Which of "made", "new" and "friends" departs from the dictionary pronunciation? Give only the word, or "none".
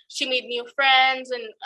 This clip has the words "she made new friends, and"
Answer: none